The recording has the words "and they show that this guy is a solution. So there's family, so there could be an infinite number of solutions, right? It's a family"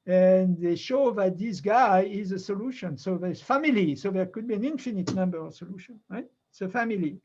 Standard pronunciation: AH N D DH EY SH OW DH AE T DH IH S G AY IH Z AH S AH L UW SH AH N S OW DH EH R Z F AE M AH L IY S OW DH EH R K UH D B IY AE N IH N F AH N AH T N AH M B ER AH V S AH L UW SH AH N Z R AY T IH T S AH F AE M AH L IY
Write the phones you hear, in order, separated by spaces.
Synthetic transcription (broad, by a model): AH N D DH EY SH OW DH AE T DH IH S G AY IH Z AH S AH L UW SH AH N S OW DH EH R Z F AE M AH L IY S OW DH EH R K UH D B IY AE N IH N F AH N AH T N AH M B ER AH V S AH L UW SH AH N R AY IH T S AH F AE M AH L IY